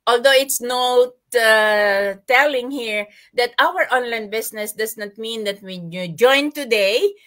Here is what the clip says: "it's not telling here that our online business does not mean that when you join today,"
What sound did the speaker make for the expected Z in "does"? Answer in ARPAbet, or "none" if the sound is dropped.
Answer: S